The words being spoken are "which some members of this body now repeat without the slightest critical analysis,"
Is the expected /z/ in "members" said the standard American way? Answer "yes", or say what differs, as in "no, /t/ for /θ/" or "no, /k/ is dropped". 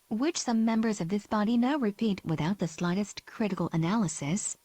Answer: yes